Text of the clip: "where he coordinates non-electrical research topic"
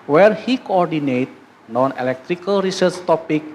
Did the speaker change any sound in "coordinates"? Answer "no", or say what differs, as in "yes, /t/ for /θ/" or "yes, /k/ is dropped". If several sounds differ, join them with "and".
yes, /s/ is dropped